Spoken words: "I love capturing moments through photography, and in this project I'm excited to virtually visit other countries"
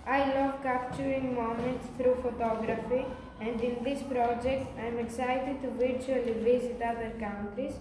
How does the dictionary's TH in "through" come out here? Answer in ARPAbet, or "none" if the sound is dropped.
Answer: T